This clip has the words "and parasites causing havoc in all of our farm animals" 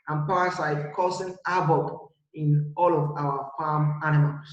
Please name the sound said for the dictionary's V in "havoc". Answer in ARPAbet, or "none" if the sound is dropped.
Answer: B